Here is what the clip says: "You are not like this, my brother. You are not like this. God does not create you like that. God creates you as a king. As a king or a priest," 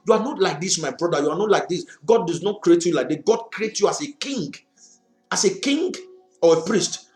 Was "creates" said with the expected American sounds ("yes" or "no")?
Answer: no